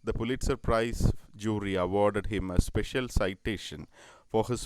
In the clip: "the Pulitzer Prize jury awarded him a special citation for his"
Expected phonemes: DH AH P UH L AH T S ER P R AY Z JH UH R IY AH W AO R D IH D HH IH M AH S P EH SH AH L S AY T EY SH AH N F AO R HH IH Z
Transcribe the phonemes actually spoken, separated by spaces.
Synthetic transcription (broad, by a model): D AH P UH L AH T S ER P R AY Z JH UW R IY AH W AO R D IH D HH IH M AH S P EH SH AH L S AY T EY SH AH N F AO R HH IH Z